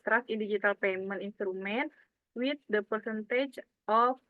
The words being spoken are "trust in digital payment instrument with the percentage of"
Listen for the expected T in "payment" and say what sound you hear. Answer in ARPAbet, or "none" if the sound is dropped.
none